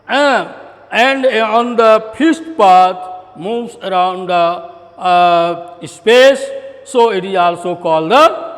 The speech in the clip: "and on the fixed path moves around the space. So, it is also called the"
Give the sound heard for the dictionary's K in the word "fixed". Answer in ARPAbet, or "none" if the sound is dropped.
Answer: none